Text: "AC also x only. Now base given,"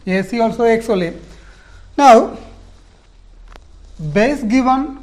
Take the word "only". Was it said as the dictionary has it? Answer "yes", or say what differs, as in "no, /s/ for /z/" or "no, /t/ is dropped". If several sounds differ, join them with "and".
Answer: no, /n/ is dropped